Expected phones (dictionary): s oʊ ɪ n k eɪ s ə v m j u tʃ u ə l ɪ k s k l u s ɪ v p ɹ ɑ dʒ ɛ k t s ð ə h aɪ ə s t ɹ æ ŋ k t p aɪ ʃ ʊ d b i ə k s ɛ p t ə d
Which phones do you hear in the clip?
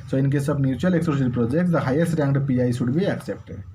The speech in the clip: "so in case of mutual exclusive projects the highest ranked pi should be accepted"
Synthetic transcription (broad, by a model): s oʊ ɪ n k eɪ s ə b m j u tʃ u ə l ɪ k s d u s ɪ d p ɹ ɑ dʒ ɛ k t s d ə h aɪ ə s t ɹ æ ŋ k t p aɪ s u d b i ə k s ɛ p t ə